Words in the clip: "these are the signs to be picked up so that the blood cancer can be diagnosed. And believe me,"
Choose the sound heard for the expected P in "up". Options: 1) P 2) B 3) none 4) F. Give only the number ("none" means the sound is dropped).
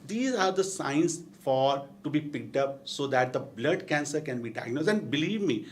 1